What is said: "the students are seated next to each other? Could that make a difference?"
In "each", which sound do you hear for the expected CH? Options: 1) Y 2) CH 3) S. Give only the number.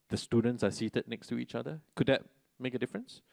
2